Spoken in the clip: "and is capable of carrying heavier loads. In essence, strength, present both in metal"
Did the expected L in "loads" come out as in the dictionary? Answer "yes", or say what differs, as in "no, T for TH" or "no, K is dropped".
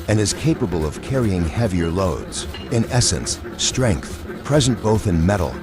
yes